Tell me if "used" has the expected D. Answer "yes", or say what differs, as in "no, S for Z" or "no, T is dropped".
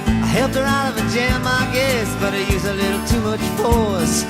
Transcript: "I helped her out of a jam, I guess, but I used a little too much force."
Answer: no, D is dropped